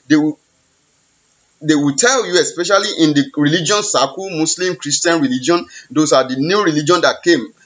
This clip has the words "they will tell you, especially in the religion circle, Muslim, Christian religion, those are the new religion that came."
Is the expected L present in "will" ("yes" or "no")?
no